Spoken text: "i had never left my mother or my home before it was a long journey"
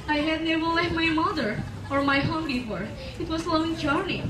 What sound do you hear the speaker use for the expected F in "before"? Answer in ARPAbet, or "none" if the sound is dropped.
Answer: P